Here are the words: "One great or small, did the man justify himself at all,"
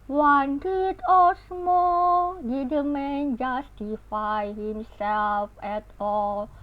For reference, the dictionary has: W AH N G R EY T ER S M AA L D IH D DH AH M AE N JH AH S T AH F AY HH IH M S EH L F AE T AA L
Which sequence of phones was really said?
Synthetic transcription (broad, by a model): W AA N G IY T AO S M AA L D IH D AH M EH N JH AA S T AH F AY HH IH M S EH L F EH T AA L